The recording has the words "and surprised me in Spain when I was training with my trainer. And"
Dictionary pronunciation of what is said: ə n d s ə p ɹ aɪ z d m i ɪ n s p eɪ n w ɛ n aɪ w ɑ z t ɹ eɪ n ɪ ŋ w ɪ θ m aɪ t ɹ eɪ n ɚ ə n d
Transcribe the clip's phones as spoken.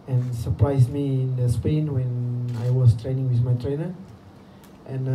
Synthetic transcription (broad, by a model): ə n s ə p ɹ aɪ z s m i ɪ n s p eɪ n w ɛ n aɪ w ɑ s t ɹ eɪ n ɪ ŋ w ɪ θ m aɪ t ɹ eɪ n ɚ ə n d